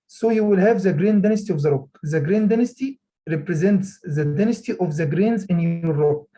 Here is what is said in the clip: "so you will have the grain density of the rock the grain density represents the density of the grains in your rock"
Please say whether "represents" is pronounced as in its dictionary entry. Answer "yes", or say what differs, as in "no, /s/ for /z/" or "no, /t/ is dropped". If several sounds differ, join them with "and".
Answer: yes